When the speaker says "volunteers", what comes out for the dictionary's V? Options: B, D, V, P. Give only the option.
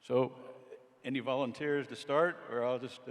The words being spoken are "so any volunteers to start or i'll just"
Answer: V